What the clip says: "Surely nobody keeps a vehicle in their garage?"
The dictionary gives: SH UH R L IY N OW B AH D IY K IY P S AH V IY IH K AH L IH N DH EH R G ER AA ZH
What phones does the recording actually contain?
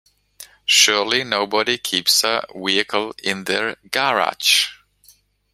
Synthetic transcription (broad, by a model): SH UH R L IY N OW B AH D IY K IY P S AH W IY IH K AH L IH N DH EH R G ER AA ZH